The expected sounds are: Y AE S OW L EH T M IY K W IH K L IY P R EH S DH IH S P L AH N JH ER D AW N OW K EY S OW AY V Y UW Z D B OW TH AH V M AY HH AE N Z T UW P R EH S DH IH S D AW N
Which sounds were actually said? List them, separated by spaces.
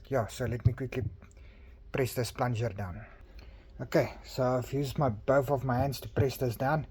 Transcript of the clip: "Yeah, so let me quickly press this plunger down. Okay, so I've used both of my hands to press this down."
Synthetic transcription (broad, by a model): Y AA S OW L EH T M IY K W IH K L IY P R EH S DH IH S P L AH N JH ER D AW N OW K EY S OW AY F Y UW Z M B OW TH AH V M AY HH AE N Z T UW P R EH S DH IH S D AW N